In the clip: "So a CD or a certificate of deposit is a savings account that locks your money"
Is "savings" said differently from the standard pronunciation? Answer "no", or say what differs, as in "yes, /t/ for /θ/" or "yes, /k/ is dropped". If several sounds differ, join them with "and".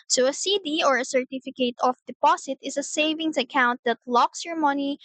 yes, /s/ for /z/